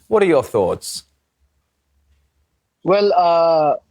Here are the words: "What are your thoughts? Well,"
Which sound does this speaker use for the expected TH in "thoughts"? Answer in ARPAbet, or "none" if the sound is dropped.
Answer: TH